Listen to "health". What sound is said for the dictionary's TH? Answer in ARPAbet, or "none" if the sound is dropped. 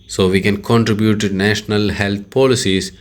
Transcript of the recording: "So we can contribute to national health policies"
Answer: T